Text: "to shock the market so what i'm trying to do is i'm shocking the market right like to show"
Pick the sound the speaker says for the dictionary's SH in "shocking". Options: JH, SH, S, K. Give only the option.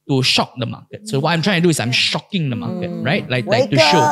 SH